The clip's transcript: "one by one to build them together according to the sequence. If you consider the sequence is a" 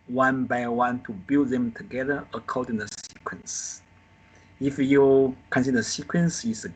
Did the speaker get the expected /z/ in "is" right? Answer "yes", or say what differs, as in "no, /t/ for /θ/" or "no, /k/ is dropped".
no, /s/ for /z/